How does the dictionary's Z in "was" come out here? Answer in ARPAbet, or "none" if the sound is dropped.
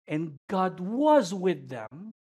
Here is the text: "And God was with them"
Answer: Z